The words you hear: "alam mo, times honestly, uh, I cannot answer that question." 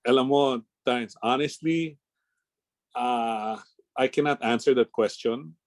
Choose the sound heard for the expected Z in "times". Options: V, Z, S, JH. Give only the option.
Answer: S